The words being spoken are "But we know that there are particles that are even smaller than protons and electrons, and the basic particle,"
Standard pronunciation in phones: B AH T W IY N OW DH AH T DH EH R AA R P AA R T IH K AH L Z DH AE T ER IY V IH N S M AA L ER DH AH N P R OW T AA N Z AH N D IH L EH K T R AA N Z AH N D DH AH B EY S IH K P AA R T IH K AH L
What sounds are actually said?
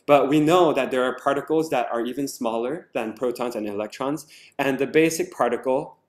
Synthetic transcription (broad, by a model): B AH T W IY N OW DH AH T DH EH R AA R P AA R T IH K L Z DH AE T ER IY V IH N S M AA L ER DH AH N P R OW T AA N Z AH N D IH L EH K T R AA N Z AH N DH AH B EY S IH K P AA R T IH K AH L